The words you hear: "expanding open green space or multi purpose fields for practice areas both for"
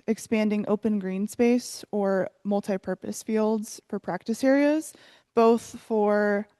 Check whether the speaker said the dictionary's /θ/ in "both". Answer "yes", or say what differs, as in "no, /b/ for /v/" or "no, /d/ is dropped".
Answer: yes